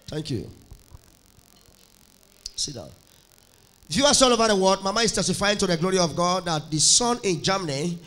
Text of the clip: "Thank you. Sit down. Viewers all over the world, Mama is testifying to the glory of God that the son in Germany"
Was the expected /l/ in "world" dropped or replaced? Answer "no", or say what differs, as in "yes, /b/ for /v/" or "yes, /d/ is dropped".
yes, /l/ is dropped